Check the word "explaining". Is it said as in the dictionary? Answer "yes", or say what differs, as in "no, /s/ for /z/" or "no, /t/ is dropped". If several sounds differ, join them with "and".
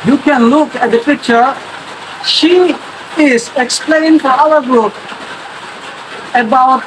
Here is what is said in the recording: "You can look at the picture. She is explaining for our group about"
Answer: no, /n/ is dropped